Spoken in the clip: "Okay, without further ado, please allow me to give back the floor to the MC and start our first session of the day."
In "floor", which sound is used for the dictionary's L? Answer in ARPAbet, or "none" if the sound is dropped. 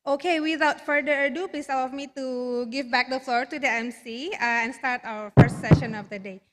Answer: L